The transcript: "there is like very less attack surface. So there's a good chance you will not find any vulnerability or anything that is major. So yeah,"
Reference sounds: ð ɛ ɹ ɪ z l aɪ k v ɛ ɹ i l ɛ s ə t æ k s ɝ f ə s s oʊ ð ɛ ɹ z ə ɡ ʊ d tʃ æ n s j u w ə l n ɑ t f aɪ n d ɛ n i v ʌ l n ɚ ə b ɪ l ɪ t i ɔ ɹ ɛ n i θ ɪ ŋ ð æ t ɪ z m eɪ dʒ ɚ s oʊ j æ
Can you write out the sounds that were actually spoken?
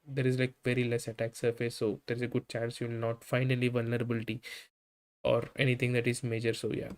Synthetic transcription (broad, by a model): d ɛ ɹ ɪ z l aɪ k v ɛ ɹ i l ɛ s ə t æ k s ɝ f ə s s oʊ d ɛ ɹ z ə ɡ ʊ d tʃ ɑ n s j u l n ɑ t f aɪ n ʌ l i v ʌ l n ɚ ə b ɪ l ɪ t i ɔ ɹ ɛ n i t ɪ ŋ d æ t ɪ z m eɪ dʒ ɚ s oʊ j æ